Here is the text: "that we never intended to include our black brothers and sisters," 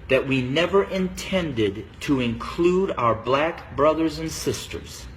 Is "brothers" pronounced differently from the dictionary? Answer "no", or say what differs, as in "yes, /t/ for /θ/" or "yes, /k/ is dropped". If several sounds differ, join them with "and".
no